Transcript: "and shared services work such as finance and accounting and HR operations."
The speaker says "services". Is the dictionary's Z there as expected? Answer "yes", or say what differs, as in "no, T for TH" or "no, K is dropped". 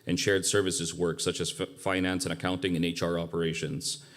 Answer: yes